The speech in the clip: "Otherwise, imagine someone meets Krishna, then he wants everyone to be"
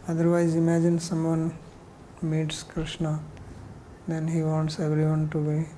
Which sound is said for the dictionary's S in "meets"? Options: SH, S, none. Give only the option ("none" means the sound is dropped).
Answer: S